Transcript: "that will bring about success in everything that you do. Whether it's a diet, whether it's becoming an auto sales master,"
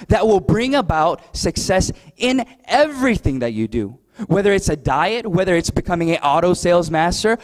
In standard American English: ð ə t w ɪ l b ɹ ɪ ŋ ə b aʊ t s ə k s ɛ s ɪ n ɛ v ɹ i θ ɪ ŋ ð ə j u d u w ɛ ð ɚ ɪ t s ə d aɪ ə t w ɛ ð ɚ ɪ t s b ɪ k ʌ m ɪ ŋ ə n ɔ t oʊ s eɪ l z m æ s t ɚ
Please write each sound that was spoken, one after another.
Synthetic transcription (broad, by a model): ð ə t w ɪ l b ɹ ɪ ŋ ə b aʊ t s ə k s ɛ s ɪ n ɛ v ɹ i θ ɪ ŋ ð ə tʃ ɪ d u w ɛ ð ɚ ɪ t s ə d aɪ ə t w ɛ ð ɚ ɪ t s b ɪ k ʌ m ɪ ŋ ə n ɔ t oʊ s eɪ l z m æ s t ɚ